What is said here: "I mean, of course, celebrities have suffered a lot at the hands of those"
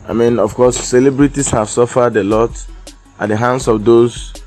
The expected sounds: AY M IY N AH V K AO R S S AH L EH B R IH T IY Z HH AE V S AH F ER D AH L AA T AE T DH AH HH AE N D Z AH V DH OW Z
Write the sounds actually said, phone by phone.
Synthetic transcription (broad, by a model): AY M IY N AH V K AO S S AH L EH B R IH T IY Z HH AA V S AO F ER D AH L AA T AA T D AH HH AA N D S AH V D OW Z